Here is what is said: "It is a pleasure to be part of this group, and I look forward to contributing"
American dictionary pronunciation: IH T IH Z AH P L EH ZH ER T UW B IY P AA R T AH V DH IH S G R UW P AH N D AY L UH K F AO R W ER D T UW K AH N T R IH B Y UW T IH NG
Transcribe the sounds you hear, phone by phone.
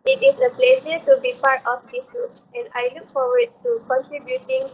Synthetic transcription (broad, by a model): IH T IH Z AH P L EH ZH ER T UW B IY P AA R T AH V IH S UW AH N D AY L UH K F AO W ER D T UW K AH N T R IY B Y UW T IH NG